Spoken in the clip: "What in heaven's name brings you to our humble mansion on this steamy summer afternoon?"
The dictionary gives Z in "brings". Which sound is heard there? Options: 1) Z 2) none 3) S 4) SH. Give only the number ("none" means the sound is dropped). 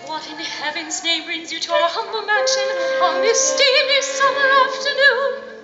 1